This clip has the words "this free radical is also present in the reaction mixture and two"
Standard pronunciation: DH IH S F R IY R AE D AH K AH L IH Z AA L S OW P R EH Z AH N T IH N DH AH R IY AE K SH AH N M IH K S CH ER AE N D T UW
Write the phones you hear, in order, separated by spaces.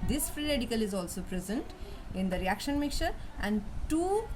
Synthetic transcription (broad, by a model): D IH S F R IY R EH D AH K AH L IH Z AA L S OW P R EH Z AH N T IH N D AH R IY AE K SH AH N M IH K CH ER AE N D T UW